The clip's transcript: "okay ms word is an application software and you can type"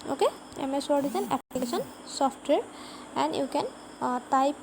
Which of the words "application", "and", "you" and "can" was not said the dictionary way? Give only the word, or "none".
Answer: application